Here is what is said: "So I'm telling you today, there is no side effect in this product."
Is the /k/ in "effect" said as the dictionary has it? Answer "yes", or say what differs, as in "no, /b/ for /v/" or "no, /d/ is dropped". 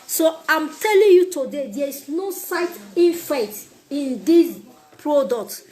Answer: no, /k/ is dropped